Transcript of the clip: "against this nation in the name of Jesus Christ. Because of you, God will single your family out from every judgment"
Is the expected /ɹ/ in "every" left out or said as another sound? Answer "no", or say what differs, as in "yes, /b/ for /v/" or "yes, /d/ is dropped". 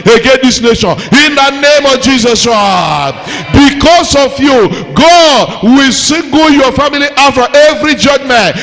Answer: no